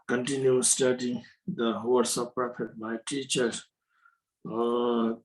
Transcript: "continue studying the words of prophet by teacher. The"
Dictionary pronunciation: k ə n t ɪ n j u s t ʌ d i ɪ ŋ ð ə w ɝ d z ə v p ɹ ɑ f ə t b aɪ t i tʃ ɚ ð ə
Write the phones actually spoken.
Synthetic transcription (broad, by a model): k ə n t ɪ n j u s t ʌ d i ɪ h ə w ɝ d s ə p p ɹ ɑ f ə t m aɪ t i tʃ ɚ